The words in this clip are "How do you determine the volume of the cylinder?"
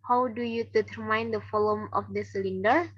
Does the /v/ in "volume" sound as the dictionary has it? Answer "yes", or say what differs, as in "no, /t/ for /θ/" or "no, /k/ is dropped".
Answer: no, /f/ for /v/